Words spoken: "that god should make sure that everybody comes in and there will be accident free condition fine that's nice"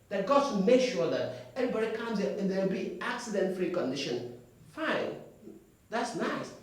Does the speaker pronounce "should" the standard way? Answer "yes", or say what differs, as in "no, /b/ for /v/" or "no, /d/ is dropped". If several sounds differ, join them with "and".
no, /s/ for /ʃ/